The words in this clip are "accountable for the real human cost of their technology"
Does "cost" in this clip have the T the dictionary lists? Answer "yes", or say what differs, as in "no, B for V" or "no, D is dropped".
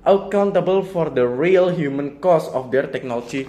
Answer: no, T is dropped